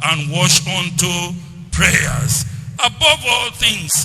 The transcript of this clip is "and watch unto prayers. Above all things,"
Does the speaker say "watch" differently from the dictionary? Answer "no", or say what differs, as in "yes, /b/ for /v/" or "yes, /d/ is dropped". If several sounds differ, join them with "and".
yes, /ʃ/ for /tʃ/